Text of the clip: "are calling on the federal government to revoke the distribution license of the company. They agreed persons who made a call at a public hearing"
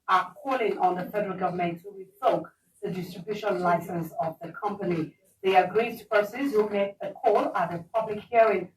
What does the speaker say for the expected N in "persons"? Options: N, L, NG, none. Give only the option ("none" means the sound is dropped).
none